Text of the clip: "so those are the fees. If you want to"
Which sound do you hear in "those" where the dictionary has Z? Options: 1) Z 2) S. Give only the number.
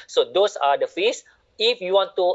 2